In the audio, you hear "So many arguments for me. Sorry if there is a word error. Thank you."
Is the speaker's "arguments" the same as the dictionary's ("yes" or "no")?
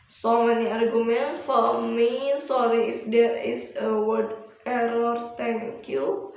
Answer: no